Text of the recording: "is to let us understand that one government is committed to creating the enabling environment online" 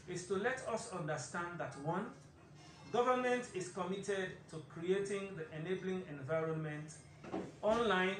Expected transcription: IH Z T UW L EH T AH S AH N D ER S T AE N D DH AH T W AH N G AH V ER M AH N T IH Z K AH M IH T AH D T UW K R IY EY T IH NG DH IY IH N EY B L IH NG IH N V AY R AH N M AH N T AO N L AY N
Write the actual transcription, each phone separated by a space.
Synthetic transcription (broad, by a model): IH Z T UW L EH T AH S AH N D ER S T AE N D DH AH T W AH N G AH V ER M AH N T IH S K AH M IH T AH D T UW K R IY EY T IH NG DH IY IH N EY B L IH NG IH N V AY R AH N M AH N T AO N L AY N